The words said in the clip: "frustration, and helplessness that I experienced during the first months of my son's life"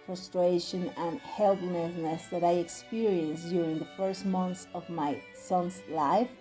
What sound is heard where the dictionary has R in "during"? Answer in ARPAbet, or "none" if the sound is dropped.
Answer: R